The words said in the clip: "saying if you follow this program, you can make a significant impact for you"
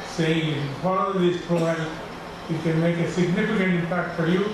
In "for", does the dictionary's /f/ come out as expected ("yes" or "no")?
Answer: yes